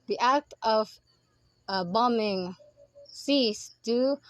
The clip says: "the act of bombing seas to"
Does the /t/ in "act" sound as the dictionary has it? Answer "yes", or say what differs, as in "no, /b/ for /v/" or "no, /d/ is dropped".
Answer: yes